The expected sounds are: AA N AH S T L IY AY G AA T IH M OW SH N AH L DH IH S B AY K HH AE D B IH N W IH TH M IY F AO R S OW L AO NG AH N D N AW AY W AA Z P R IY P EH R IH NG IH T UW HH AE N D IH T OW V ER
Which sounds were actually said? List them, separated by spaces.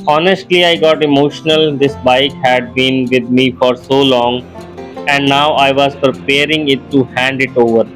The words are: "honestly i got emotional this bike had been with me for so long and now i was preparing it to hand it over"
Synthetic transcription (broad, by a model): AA N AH S T L IY AY G AA T IH M OW SH N AH L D IH S B AY K HH AE D B IH N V IH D M IY F AO R S OW L AO NG AH N D N AW AY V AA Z P R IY P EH R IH NG IH T UW HH AE N D IH T OW V ER